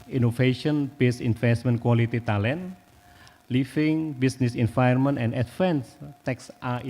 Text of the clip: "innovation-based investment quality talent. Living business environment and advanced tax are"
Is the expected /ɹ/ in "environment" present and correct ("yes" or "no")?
no